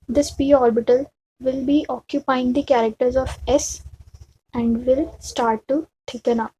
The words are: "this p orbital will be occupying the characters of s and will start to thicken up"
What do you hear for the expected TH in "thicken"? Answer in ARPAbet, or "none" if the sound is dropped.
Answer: T